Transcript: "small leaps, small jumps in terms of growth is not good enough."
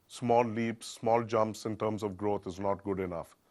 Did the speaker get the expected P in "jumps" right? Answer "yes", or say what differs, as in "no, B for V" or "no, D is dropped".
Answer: yes